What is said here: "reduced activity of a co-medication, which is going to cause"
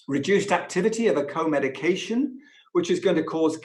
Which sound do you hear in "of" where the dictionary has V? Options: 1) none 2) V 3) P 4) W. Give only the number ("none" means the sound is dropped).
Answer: 2